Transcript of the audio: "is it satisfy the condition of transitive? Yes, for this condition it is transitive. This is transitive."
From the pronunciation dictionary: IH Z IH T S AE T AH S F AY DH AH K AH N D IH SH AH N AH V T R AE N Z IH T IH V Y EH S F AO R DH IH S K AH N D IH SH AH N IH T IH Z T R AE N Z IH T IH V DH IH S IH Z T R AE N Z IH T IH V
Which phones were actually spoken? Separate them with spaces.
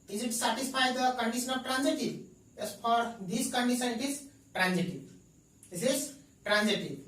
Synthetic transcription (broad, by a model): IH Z IH T S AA T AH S P AY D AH K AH N D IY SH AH N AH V T R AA N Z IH T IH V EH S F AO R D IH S K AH N D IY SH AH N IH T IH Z T R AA N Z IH T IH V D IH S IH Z T R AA N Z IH T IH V